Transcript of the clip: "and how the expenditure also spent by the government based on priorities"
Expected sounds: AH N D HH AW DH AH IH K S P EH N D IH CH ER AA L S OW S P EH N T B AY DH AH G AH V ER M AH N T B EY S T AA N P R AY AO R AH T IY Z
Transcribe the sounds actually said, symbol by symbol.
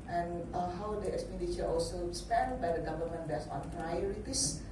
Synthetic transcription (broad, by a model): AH N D HH AW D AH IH K S P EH N D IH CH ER AA L S OW S P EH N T B AY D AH G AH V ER M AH N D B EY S AA N P R AY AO R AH T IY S